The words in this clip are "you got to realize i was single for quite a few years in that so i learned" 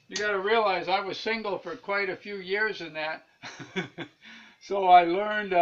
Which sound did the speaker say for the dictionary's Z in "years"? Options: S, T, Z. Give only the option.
Z